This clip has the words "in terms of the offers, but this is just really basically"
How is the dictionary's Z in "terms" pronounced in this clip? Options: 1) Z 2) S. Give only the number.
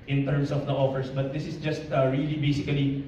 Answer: 2